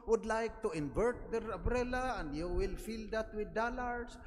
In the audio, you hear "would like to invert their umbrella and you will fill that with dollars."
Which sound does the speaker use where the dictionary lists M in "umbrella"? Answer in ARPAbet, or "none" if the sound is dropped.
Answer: none